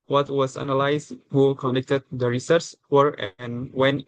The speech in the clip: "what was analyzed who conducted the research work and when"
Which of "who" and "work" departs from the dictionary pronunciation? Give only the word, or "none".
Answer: work